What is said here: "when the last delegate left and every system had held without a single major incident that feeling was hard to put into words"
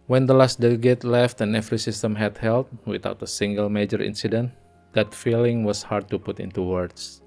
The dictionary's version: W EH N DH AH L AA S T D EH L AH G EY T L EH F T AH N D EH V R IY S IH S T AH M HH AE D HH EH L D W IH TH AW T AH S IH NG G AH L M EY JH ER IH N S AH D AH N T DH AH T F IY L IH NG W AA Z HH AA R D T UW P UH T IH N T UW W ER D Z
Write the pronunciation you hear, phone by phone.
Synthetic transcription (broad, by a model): W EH N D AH L AA S T D EH L AH G EY T L EH F T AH N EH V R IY S IH S T AH M HH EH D HH EH L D W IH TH AW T AH S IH NG G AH L M EY JH ER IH N S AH D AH N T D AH T F IY L IH NG W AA S HH AA R D T UW P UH T IH N T UW W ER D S